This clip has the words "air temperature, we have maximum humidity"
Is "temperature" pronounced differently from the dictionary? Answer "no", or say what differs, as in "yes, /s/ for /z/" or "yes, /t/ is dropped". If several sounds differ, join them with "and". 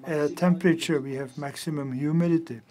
no